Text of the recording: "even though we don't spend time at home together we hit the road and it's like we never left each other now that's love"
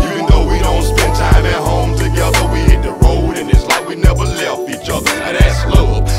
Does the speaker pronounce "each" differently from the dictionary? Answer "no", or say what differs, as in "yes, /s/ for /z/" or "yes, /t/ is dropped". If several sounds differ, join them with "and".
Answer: no